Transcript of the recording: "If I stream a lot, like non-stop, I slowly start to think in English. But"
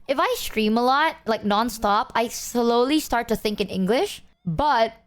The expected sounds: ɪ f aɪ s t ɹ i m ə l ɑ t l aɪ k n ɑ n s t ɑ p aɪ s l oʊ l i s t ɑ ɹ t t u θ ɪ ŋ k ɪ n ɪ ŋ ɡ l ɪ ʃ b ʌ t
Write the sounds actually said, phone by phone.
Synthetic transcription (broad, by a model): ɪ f aɪ s t ɹ i m ə l ɑ t l aɪ k n ɑ n s t ɑ p aɪ s l oʊ l i s t ɑ ɹ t t u θ ɪ ŋ k ɪ n ɪ ŋ ɡ l ɪ ʃ b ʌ t